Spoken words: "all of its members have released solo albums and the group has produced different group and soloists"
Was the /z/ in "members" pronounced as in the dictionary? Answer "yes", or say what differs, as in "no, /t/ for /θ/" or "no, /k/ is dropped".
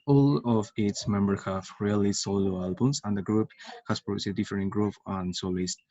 no, /z/ is dropped